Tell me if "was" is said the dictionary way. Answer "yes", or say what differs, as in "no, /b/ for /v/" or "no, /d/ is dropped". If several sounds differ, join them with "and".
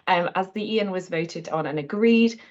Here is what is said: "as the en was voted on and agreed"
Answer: yes